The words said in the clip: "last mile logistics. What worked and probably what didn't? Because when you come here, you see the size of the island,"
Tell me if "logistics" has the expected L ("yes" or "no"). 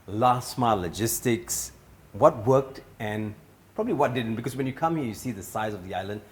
yes